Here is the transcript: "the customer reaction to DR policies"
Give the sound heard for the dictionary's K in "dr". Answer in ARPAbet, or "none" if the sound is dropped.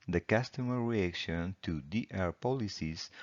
none